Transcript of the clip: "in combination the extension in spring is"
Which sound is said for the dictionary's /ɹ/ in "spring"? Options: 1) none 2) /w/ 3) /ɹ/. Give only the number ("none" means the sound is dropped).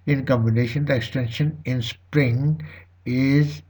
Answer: 3